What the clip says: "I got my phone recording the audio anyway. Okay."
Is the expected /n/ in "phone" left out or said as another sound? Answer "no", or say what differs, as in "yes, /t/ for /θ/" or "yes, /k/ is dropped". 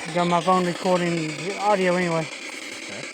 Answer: no